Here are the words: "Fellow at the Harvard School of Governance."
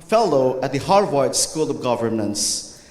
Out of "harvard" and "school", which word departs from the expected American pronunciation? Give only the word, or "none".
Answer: harvard